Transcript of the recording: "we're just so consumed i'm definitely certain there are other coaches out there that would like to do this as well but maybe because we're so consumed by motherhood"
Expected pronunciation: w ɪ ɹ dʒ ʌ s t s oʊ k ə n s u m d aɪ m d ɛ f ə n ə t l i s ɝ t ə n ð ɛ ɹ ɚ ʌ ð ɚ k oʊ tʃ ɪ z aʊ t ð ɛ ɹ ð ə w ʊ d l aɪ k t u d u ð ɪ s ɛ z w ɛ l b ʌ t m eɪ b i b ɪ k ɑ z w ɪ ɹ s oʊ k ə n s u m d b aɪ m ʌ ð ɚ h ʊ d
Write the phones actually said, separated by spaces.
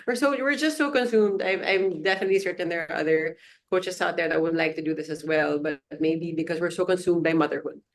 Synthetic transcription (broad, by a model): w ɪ ɹ dʒ ʌ s t s oʊ k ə n s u m d aɪ m d ɛ f ə n ə t l i s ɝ t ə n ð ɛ ɹ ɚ ʌ ð ɚ k oʊ tʃ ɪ s aʊ t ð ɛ ɹ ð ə w ʊ d l aɪ k t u d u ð ɪ s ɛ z w ɛ l b ʌ t m eɪ b i b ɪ k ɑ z w ɪ ɹ s oʊ k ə n s u m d b aɪ m ʌ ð ɚ h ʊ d